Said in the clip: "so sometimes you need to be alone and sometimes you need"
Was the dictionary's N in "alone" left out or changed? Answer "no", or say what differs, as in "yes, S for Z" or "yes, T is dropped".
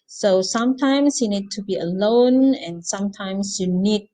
no